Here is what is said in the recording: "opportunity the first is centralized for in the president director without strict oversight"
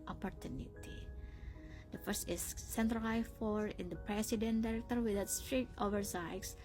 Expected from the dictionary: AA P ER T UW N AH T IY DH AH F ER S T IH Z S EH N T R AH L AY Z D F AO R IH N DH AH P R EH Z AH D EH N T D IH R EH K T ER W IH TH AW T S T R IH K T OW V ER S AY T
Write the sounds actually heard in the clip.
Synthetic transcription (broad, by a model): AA P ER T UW N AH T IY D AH F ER S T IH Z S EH N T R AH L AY F AO R IH N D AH P R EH S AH D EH N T D IH R EH K T ER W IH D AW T S T R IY T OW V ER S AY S